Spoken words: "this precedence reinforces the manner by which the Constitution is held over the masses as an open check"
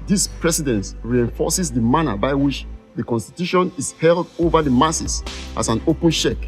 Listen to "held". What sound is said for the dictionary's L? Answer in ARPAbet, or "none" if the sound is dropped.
L